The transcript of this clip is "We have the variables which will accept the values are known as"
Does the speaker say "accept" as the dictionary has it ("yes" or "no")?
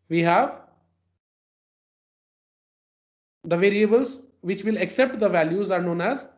yes